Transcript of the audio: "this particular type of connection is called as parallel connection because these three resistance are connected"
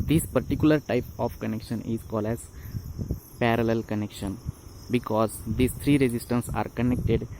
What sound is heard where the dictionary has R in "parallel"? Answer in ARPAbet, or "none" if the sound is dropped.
R